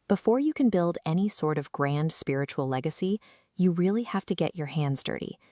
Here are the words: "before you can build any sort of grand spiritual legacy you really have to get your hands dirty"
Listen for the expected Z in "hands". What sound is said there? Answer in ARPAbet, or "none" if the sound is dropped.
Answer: Z